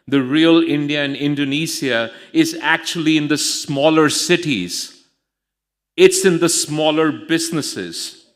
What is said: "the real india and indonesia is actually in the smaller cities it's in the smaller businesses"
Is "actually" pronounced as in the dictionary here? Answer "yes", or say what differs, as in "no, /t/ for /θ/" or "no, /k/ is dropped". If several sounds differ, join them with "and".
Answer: yes